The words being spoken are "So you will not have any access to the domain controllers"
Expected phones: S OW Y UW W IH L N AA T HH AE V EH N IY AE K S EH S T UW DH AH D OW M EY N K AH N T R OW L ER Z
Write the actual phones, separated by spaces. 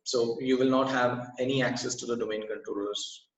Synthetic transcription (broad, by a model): S OW Y UW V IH L N AA T HH AE V EH N IY AE K S EH S T UW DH AH D OW M EY N K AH N T R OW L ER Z